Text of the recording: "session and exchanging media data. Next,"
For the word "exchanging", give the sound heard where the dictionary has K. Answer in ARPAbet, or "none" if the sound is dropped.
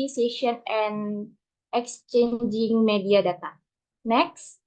K